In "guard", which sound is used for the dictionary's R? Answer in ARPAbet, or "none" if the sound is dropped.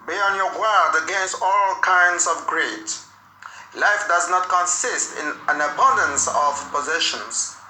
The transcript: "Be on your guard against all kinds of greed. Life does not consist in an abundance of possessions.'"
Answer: L